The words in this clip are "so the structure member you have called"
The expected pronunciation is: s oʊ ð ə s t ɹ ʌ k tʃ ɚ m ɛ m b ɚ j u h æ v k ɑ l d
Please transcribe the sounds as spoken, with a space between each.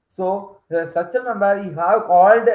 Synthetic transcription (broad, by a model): s oʊ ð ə s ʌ tʃ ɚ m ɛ m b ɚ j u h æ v k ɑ l d